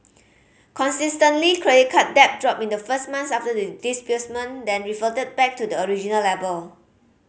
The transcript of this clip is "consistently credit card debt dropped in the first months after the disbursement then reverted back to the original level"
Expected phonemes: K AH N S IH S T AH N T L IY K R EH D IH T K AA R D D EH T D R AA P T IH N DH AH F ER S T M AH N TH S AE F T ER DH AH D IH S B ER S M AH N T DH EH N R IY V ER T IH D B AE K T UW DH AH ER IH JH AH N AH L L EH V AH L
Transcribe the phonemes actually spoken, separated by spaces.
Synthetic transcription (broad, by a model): K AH N S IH S T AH N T L IY K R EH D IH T K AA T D D EH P D R AA P IH N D AH F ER S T M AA N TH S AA F T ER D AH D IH S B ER S M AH N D EH N R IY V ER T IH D B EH K T UW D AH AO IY JH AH N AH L L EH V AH L